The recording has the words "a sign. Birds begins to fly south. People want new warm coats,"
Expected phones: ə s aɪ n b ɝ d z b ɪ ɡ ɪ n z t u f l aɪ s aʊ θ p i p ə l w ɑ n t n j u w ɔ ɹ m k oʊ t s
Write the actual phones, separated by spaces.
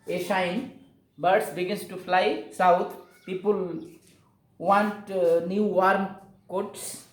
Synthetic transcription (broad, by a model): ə ʃ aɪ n b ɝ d s b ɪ ɡ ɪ n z t u f l aɪ s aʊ t p i p ə l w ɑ n t n j u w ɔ ɹ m k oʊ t s